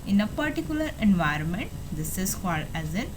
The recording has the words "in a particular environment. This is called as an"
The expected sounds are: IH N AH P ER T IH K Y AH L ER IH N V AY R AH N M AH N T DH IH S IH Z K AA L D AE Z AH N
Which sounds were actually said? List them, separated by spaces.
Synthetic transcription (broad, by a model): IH N AH P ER T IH K Y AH L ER IH N V AY R AH N M AH N T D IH S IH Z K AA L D AE Z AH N